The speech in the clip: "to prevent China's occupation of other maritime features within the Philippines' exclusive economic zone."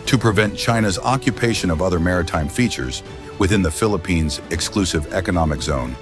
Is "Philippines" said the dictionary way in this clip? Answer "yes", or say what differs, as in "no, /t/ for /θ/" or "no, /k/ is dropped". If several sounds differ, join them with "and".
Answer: yes